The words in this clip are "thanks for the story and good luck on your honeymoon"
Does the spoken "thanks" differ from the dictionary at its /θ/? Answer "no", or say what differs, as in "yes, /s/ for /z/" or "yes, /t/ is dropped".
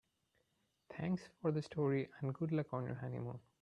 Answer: yes, /t/ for /θ/